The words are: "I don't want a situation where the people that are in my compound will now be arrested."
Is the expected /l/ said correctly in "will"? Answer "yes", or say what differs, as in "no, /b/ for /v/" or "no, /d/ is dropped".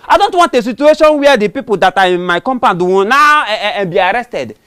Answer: no, /n/ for /l/